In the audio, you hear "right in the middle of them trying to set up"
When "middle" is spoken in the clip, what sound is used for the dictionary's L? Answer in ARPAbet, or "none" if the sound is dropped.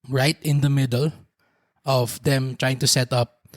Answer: L